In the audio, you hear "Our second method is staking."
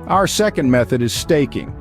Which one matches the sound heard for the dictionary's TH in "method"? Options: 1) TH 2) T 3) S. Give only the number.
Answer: 1